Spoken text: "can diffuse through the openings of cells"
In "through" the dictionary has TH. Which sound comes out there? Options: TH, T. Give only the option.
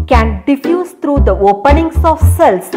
T